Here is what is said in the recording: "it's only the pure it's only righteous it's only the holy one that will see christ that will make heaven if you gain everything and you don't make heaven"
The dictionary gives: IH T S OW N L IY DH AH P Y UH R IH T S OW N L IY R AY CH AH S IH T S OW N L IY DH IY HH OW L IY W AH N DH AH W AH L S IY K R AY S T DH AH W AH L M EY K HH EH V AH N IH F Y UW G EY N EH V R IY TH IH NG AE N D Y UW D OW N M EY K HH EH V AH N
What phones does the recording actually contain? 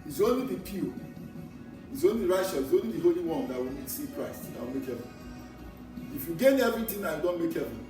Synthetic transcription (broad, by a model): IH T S OW N L IY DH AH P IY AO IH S OW N L IY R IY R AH SH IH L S OW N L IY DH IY HH OW L IY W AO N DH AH W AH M S IY K R AY S T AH W AH L M EY K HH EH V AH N IH F Y UW G EY N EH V R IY T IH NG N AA Y UW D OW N M EY K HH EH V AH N